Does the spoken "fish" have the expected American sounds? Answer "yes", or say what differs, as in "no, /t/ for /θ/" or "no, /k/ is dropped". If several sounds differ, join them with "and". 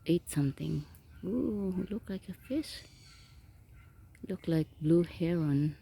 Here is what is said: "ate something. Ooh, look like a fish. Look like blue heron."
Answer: no, /s/ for /ʃ/